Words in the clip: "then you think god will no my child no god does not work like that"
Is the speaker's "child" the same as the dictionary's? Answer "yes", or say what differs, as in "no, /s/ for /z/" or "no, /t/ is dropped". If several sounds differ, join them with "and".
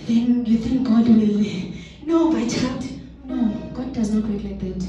no, /l/ is dropped